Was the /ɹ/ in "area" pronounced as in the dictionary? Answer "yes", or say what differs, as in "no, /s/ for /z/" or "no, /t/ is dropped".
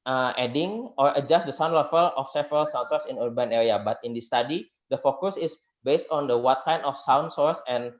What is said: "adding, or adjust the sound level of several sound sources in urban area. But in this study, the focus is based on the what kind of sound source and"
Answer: yes